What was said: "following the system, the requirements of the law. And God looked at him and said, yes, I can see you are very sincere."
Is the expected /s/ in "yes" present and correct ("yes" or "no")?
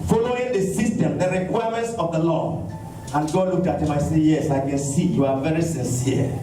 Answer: yes